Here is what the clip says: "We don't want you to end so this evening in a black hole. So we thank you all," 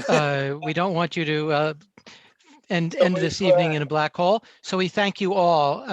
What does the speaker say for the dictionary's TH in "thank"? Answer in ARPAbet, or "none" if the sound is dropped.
TH